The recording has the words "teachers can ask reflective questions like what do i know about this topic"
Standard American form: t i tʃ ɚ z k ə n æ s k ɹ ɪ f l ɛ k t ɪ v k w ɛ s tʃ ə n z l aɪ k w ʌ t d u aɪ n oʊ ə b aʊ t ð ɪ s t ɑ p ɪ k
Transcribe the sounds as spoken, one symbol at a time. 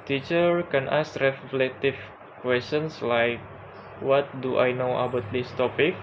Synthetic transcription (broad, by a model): t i tʃ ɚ k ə n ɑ s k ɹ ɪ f l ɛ t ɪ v k w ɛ s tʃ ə n s l aɪ k w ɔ t d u aɪ n oʊ ə b aʊ t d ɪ s t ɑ p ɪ k